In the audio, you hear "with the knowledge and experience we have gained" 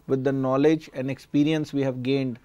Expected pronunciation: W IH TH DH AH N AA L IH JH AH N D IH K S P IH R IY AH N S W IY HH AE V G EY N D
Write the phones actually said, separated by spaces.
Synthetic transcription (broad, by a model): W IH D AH N AA L IH JH AH N D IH K S P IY R IY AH N S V IY HH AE V G EY N D